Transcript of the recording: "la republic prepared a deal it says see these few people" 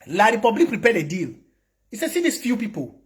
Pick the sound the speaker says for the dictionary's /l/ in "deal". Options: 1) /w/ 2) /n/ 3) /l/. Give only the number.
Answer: 3